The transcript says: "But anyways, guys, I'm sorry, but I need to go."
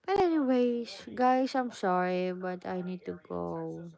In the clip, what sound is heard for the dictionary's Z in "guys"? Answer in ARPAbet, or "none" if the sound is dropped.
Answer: S